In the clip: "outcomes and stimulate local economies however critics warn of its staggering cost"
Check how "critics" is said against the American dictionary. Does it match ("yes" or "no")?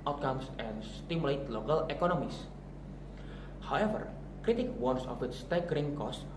no